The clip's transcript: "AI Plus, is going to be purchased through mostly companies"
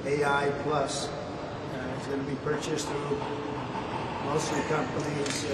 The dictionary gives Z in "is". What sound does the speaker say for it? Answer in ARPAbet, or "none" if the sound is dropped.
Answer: S